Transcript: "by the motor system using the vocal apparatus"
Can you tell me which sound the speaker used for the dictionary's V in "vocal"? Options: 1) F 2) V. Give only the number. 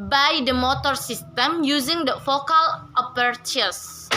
1